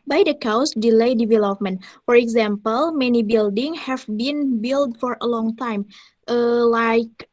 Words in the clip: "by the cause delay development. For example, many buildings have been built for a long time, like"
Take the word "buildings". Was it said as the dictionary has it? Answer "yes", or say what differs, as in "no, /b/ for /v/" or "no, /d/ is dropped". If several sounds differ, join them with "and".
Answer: no, /z/ is dropped